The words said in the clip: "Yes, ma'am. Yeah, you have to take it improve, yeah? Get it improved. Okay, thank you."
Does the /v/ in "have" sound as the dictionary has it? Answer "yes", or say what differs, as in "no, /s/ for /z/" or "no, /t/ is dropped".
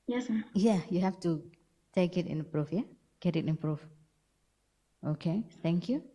no, /f/ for /v/